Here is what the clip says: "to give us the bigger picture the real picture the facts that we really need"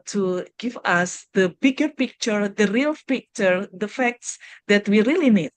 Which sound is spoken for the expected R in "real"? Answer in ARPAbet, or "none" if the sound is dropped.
R